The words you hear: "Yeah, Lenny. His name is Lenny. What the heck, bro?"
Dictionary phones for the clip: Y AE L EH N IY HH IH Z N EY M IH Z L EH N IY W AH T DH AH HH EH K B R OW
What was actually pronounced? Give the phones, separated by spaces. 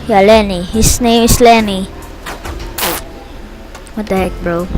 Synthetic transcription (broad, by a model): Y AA L EH N IY HH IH S N EY M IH S L EH N IY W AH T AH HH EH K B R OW